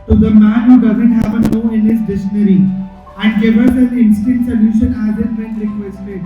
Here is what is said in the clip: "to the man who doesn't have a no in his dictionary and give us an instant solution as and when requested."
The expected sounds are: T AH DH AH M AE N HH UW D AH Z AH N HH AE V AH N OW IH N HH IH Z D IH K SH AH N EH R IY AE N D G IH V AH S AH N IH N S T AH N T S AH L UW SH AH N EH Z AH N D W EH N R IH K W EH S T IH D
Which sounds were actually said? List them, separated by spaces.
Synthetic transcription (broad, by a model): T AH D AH M AE N HH UW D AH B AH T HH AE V AH N OW IH N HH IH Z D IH SH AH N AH R IY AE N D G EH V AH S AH L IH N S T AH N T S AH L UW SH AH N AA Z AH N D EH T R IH K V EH S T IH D